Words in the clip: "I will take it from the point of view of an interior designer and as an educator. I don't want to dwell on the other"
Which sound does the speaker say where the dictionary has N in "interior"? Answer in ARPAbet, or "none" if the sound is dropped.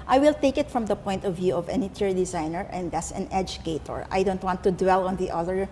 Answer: none